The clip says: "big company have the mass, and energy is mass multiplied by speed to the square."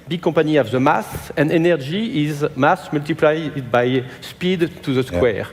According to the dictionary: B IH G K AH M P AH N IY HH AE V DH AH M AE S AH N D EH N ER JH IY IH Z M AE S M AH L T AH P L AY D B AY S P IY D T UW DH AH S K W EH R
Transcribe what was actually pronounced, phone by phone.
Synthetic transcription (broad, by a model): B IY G K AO P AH N IY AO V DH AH M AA S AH N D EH N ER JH IY IH Z M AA S M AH L T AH P L AY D B AY S P IY D T UW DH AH S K W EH R